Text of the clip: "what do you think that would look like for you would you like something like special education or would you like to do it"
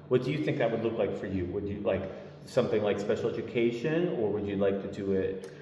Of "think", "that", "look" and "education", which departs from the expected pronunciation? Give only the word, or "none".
none